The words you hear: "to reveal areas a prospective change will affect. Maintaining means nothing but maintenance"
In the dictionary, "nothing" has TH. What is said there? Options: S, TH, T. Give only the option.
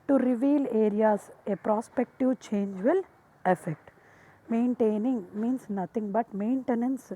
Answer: T